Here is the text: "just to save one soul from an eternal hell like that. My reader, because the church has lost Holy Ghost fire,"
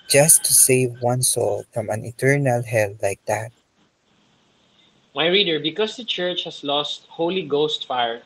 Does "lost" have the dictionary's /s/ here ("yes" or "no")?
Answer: yes